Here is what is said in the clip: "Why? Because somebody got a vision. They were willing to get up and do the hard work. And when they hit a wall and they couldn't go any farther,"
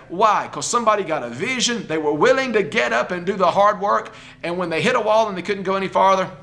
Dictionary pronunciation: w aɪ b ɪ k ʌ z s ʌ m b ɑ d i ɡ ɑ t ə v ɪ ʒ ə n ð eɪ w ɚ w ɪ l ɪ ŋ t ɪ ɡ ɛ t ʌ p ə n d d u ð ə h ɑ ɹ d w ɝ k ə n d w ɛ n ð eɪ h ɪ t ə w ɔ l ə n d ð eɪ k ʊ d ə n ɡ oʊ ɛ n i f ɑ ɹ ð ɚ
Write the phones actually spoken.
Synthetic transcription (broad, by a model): w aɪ ɪ k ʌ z s ʌ m b ɑ d i ɡ ɑ t ə v ɪ ʒ ə n ð eɪ w ɚ w ɪ l ɪ ŋ t ɪ ɡ ɛ t ʌ p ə n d d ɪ ð ə h ɑ ɹ d w ɝ k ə n w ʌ n ð eɪ h ɪ t ə w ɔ l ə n ð eɪ k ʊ d n ɡ oʊ ɛ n i f ɑ ɹ ð ɚ